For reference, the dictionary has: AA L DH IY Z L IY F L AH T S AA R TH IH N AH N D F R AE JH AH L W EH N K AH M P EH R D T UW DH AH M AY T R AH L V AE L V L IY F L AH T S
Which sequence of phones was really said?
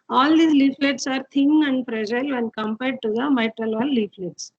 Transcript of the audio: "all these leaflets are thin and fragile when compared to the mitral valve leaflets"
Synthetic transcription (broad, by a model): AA L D IY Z L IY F L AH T S AA R T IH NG AH N D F R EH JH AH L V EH N K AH M P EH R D T UW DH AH M AY T R AH L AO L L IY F L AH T S